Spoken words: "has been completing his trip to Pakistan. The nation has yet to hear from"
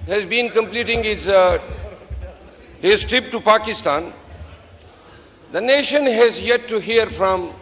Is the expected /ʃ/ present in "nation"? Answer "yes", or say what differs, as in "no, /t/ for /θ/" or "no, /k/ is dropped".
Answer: yes